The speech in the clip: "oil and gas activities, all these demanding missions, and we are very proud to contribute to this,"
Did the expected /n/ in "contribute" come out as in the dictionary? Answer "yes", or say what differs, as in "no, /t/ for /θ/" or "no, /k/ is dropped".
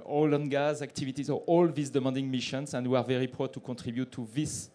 no, /n/ is dropped